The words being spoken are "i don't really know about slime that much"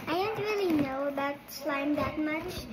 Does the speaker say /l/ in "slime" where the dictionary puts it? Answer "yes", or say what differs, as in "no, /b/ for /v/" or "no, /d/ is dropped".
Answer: yes